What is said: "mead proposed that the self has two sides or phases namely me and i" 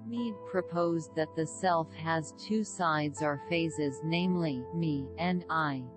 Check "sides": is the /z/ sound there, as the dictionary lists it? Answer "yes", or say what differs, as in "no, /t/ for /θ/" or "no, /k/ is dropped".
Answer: yes